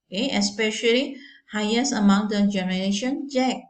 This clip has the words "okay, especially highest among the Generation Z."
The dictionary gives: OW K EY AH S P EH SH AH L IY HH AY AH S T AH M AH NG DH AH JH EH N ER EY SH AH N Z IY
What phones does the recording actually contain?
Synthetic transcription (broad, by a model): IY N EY AH S P EH SH AH L IY HH AY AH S AH M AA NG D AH JH EH N ER EY SH AH N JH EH